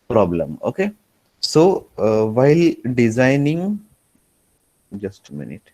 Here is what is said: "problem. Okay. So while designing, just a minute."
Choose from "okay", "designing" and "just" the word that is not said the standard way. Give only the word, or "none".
none